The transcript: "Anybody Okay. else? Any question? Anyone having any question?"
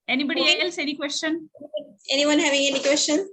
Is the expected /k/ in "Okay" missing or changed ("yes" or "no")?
yes